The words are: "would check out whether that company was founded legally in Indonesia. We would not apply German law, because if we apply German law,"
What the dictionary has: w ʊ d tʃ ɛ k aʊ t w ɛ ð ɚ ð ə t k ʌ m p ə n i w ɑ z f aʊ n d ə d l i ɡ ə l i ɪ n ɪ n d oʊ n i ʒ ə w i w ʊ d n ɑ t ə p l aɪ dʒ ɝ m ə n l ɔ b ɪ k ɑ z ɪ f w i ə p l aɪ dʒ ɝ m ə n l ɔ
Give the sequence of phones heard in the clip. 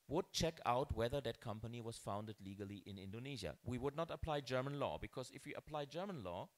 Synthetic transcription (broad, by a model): w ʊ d tʃ ɛ k aʊ t w ɛ ð ɚ ð ə t k ʌ m p ə n i w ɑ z f aʊ n d ə d l i ɡ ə l i ɪ n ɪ n d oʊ n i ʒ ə w i w ʊ d n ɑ t ə p l aɪ dʒ ɝ m ə n l ɔ b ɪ k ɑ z ɪ f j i ə p l aɪ dʒ ɝ m ə n l ɔ